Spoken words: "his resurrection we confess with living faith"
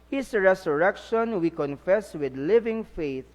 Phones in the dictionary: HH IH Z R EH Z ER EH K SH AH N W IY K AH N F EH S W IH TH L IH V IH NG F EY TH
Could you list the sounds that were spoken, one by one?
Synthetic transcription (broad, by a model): HH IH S R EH S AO EH K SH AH N W IY K AH N F EH S W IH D L IH V IH NG F EY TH